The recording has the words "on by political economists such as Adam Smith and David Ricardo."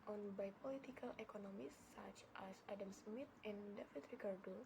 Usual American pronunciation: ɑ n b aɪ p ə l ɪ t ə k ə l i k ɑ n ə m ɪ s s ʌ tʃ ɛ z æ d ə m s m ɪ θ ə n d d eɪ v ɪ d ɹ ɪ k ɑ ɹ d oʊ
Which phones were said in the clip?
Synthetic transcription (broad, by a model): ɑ n b aɪ p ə l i t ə k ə l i k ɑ n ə m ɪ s s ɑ tʃ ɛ s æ d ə m s m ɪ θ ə n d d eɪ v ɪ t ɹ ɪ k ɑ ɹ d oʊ